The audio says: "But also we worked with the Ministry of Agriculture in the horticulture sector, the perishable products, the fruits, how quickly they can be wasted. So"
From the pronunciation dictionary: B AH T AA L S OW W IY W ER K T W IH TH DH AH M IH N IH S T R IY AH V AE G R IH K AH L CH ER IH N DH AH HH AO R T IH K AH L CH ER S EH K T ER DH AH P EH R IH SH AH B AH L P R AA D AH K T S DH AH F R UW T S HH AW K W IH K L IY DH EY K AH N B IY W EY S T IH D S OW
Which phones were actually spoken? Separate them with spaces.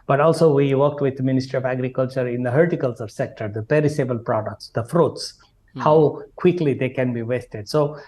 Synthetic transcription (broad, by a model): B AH T AA L S OW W IY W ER K T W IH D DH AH M IH N IH S T R IY AH V AE G R IH K AH L CH ER IH N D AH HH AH R T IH K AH L S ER S EH K T ER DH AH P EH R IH S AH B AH L P R AA D AH K T S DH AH F R UW T S HH AW K W IH K L IY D EY K AH N B IY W EY S T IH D S OW